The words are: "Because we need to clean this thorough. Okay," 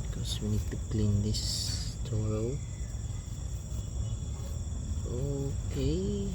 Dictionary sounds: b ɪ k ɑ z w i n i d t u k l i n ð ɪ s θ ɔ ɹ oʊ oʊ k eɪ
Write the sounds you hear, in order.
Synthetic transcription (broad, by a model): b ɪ k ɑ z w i n i d t u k l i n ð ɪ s t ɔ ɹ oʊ oʊ k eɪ